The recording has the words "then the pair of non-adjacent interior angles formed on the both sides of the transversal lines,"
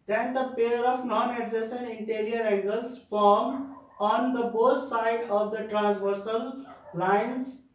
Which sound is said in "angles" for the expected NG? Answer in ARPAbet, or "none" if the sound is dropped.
none